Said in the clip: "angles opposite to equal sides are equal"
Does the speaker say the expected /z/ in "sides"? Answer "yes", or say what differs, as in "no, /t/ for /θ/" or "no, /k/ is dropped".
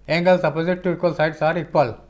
no, /s/ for /z/